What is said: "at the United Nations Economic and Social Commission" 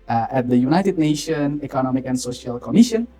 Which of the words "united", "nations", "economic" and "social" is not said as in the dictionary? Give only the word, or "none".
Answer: nations